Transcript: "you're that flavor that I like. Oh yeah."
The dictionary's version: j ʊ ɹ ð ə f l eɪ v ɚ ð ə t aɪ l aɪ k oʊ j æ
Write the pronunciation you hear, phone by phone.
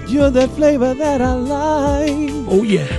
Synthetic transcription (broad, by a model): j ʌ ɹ ð ə f l eɪ v ɚ ð ə t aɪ l aɪ oʊ j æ